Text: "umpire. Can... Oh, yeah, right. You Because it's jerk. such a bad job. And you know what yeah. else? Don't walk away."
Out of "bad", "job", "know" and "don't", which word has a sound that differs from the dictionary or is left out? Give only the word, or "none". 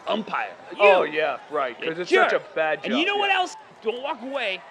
job